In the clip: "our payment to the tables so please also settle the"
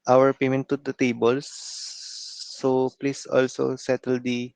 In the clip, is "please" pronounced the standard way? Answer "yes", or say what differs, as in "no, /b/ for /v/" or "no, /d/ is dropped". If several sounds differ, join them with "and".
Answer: no, /s/ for /z/